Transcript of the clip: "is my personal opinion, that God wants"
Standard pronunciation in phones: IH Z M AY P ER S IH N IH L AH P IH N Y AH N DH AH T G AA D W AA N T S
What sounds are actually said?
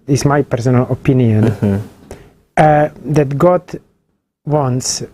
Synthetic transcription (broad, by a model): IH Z M AY P ER S IH N IH L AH P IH N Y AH N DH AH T G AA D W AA N S